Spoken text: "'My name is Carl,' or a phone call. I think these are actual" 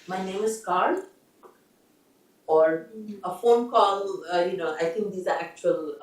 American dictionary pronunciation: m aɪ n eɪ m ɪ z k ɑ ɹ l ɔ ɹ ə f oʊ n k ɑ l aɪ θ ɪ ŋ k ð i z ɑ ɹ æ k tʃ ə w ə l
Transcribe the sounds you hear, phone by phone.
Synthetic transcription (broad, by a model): m aɪ n eɪ m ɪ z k ɑ ɹ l ɔ ɹ ə f oʊ n k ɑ l aɪ t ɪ ŋ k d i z ɑ ɹ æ k tʃ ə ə l